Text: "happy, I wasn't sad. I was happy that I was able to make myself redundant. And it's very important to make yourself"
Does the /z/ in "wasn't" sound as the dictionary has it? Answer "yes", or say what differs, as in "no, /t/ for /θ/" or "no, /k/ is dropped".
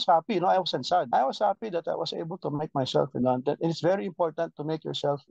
no, /s/ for /z/